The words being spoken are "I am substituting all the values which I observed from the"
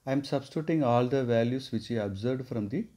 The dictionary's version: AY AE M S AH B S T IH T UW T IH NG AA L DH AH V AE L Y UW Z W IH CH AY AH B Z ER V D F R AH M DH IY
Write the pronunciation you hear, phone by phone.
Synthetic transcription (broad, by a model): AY M S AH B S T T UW T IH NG AA L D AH V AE L Y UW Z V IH CH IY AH B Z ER D F R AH M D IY